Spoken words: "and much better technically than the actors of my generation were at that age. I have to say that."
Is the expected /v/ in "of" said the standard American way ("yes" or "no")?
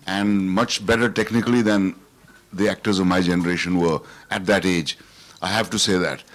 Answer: yes